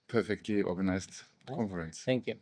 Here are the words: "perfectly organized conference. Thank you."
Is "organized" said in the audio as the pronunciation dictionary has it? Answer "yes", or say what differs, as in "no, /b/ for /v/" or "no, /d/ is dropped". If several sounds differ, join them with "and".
no, /s/ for /z/